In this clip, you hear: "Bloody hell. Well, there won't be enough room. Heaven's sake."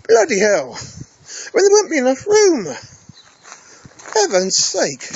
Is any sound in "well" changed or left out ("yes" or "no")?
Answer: yes